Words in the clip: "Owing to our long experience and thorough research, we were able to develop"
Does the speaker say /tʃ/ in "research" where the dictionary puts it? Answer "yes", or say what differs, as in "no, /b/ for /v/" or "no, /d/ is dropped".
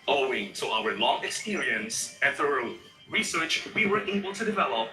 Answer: yes